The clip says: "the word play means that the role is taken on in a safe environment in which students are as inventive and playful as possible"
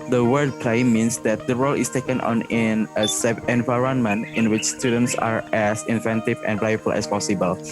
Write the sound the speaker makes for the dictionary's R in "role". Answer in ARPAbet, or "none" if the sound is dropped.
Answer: R